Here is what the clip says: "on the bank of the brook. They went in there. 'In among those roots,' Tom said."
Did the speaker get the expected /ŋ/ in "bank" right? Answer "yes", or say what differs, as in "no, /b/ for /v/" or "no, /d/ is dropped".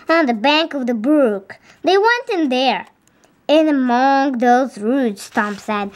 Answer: yes